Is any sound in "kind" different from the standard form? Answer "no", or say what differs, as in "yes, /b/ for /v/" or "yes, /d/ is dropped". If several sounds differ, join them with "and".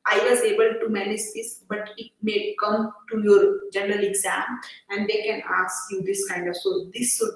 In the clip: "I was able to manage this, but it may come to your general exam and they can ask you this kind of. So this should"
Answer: no